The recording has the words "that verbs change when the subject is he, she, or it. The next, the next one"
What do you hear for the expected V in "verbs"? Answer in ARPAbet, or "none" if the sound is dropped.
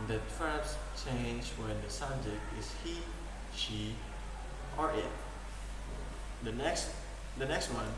F